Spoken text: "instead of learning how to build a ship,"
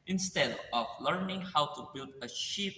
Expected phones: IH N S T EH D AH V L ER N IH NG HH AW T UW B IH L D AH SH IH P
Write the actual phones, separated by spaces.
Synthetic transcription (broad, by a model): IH N S T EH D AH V L ER N IH NG HH AW T UW B IH L D AH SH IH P